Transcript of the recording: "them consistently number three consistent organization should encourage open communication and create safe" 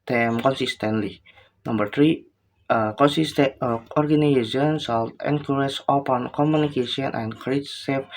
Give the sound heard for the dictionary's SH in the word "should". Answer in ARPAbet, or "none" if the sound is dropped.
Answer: S